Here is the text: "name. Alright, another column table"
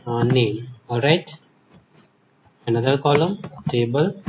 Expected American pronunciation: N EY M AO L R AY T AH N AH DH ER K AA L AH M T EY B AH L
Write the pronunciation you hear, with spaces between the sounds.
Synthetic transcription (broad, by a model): N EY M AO R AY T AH N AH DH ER K AA L AH M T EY B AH L